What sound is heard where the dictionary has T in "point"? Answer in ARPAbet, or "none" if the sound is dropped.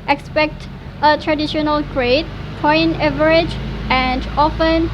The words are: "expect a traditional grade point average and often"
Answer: none